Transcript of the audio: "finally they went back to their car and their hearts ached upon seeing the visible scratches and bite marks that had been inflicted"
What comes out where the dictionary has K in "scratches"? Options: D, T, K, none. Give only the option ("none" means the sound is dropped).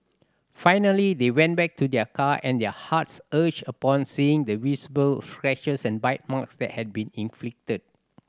none